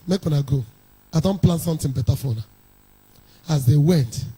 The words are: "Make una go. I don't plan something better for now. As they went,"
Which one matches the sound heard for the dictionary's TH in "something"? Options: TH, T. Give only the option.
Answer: T